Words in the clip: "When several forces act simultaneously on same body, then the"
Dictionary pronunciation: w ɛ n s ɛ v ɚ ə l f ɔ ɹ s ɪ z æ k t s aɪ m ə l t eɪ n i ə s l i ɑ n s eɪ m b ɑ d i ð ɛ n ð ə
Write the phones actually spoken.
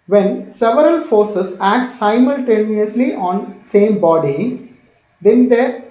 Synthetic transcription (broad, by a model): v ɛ n s ɛ v ɚ ə l f ɔ ɹ s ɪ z æ k t s aɪ m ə l t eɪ n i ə s l i ɑ n s eɪ m b ɑ d i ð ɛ n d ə